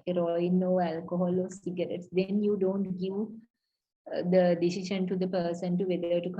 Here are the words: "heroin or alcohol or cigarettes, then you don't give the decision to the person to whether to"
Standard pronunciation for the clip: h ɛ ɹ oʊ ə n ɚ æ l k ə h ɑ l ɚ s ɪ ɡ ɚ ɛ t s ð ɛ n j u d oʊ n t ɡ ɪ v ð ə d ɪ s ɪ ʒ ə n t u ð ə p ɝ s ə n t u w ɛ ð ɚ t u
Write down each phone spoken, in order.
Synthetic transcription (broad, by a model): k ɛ ɹ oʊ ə n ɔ æ l k ə h ɑ l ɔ s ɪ ɡ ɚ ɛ t s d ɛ n j u d oʊ n t ɡ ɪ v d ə d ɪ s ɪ ʃ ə n t u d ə p ɝ s ə n t u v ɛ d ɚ t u